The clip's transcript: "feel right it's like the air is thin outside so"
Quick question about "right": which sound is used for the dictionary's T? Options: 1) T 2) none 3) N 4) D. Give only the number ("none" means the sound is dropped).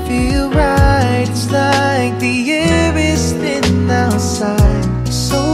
2